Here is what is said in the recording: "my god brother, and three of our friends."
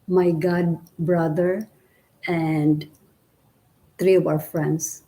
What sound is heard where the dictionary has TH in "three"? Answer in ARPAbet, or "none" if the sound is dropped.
T